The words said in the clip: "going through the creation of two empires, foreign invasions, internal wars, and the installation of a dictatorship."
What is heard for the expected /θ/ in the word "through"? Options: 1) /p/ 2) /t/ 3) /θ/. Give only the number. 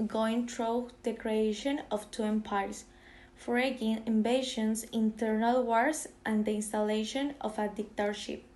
2